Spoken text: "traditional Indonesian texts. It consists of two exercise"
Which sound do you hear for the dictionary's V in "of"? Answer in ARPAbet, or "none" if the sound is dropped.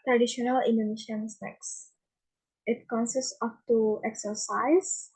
P